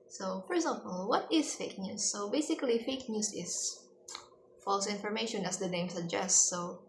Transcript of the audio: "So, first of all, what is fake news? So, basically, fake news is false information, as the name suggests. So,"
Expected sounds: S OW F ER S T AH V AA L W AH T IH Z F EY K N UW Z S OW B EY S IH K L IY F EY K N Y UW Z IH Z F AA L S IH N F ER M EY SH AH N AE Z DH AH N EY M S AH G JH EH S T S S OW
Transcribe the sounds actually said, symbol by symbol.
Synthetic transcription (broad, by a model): S OW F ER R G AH P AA L W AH T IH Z F EY K N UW S OW B EY S IH K L IY F EY K N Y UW S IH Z F AA L S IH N F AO M EY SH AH N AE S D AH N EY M S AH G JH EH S S S OW